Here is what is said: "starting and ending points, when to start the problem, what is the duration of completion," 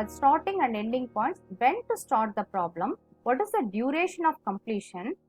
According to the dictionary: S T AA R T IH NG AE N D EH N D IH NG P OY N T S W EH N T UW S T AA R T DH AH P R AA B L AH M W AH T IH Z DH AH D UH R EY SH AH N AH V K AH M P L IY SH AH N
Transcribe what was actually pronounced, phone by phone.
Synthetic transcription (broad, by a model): S T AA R T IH NG AE N D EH L D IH NG P OY N T S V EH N T UW S T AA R T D AH P R AA B L AH M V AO T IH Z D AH D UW R EY SH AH N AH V K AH M P L IY SH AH N